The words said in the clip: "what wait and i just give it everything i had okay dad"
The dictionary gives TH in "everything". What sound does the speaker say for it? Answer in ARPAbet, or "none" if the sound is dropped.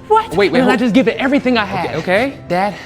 TH